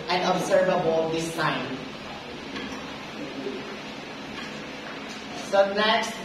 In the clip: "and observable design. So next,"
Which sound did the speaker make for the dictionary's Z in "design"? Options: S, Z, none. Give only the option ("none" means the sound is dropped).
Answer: S